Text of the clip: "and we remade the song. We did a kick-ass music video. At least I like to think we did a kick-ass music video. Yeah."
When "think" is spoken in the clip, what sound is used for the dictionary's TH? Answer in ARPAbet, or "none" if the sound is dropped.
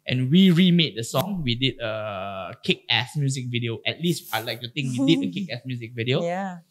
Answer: T